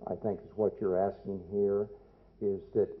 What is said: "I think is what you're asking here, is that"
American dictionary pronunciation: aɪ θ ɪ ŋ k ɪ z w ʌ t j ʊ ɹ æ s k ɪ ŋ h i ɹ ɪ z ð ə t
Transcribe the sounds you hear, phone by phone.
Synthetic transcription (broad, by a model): aɪ θ ɪ ŋ k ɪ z w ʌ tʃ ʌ ɹ æ s k ɪ ŋ h i ɹ ɪ z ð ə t